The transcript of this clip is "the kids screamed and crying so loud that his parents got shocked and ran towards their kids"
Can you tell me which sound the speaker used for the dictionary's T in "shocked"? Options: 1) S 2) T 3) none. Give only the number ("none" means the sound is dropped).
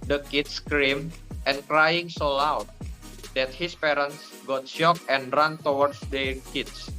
3